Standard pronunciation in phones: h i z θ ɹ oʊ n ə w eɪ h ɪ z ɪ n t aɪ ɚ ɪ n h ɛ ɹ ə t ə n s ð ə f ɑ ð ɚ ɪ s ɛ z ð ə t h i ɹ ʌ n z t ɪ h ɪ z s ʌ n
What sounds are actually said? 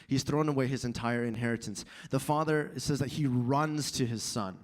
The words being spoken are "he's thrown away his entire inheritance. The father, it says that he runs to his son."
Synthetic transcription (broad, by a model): h i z θ ɹ oʊ n ə w eɪ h ɪ z ɪ n t aɪ ɚ ɪ n h ɛ ɹ ə t ə n s ð ə f ɑ ð ɚ s ɛ z ð ə t h i ɹ ʌ n z t ɪ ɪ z s ʌ n